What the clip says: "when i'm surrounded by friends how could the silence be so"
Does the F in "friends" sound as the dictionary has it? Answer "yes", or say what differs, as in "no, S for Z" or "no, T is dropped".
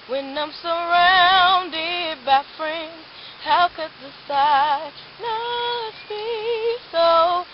yes